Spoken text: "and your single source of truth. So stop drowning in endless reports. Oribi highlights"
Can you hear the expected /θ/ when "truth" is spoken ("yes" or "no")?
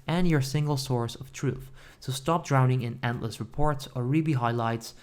yes